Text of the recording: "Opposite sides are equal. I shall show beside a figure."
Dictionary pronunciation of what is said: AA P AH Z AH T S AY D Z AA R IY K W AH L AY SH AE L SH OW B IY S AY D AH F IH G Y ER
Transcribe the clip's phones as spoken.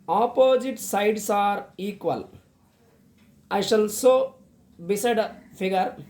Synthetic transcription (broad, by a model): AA P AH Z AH T S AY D S AA R IY K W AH L AY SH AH L S OW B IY S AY D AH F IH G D